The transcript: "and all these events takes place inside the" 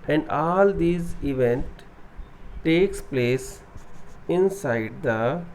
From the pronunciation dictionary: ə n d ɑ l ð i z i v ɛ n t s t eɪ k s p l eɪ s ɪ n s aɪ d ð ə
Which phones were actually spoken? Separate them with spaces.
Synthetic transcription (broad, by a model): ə n d ɑ l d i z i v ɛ n t t eɪ k s p l eɪ s ɪ n s aɪ d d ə